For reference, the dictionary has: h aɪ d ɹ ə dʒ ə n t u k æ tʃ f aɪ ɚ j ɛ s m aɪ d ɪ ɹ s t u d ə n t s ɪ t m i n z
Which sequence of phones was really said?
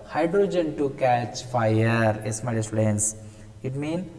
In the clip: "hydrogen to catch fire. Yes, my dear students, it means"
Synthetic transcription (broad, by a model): h aɪ d ɹ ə dʒ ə n t u k æ tʃ f aɪ ɚ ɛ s m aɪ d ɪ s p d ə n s ɪ t m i n